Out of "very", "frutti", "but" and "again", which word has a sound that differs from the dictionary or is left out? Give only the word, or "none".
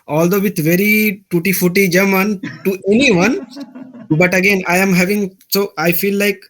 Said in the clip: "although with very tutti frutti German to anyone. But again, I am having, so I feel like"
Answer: frutti